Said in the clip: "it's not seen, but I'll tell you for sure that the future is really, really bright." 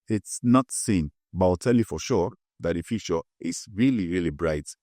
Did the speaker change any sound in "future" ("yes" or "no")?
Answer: yes